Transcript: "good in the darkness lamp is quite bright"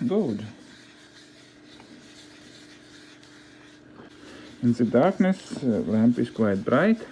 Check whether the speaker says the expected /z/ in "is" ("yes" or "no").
no